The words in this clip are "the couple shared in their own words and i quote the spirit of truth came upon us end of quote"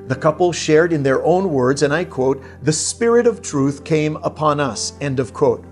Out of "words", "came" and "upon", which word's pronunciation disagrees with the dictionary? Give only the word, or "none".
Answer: none